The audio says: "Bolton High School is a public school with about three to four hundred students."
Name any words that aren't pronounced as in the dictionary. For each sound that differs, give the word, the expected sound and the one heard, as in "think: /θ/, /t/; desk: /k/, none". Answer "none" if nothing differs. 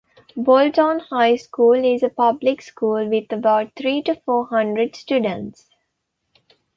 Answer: three: /θ/, /t/